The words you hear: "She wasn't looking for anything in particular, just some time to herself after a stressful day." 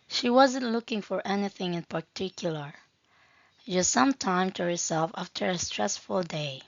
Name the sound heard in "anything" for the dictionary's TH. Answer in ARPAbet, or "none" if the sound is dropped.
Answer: TH